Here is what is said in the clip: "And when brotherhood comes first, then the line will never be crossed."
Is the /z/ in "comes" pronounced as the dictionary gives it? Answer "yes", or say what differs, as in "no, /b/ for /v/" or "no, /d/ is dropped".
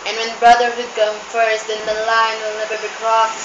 no, /z/ is dropped